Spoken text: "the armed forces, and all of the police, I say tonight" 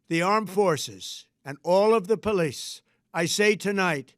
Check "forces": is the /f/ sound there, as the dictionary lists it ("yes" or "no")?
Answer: yes